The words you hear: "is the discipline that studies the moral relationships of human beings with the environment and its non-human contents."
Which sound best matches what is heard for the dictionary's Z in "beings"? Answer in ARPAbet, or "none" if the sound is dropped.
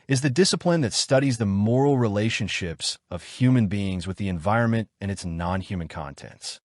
Z